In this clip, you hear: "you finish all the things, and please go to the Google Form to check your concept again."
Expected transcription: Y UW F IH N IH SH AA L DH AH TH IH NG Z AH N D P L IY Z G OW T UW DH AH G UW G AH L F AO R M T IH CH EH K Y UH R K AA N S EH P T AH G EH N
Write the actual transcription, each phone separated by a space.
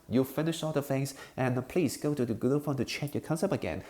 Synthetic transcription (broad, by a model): Y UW F IH N IH SH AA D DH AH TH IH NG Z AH N P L IY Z G OW T UW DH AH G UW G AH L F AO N T IH CH EH K Y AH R K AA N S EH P AH G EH N